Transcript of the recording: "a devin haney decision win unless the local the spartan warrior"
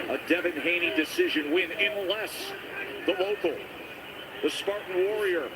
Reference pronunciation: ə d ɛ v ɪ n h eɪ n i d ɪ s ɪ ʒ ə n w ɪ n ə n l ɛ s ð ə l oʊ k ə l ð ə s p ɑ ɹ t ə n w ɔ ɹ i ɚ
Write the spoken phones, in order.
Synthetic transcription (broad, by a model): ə d ɛ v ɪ n h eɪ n i d ɪ s ɪ ʒ ə n w ɪ n ə n l ɛ s ð ə l oʊ k l ð ə s p ɑ ɹ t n w ɔ ɹ i ɚ